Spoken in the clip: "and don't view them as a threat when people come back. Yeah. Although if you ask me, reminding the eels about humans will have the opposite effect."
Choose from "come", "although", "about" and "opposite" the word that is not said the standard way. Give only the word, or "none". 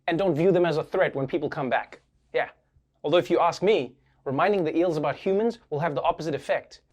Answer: none